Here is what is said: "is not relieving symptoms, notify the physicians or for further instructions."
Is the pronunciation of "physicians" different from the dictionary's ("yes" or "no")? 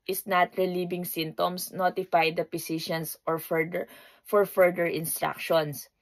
yes